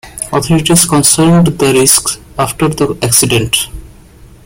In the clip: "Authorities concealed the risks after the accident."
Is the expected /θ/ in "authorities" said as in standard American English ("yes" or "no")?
no